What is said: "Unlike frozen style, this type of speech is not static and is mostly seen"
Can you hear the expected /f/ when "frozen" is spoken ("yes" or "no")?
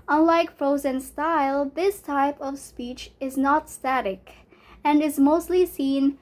yes